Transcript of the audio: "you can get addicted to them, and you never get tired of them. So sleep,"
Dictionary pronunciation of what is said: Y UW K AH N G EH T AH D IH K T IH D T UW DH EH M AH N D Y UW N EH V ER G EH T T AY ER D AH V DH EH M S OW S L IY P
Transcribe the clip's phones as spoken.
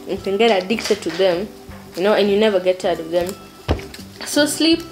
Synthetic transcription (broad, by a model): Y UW K AH N G EH T AH D IH K T IH D T UW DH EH M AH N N Y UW N EH V ER G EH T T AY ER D AH V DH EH M S OW S L IY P